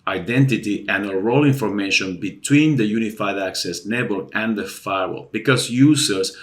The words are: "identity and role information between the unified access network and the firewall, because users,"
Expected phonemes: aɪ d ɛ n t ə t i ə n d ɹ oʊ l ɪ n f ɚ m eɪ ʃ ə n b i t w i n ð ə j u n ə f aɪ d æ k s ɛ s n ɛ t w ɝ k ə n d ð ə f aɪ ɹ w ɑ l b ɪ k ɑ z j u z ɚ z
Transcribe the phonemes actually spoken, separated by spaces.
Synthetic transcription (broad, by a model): aɪ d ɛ n t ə t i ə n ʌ ɹ oʊ l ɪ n f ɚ m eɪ ʃ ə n b i t w i n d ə j u n ə f aɪ d æ k s ɛ s n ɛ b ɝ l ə n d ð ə f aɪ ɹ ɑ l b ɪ k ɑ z j u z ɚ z